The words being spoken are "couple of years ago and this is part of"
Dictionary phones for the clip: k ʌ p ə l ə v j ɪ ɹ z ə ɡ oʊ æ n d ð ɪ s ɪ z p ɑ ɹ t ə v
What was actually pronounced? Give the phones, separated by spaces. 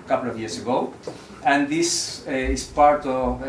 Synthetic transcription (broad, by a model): k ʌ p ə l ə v j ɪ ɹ s ə ɡ oʊ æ n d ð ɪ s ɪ s p ɑ ɹ t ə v